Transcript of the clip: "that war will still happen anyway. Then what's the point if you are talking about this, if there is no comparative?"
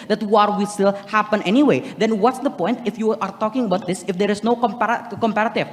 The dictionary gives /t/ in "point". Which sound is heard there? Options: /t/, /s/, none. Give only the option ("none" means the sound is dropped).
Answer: /t/